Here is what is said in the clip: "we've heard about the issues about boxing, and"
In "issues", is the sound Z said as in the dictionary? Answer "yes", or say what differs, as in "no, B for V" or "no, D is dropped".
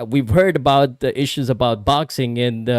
yes